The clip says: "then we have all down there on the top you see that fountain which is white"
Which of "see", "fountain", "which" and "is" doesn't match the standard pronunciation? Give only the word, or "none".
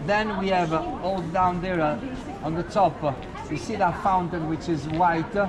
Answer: none